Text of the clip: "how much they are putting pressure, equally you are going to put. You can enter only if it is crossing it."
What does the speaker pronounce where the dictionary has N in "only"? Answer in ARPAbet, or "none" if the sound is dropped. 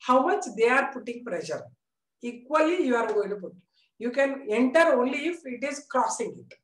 N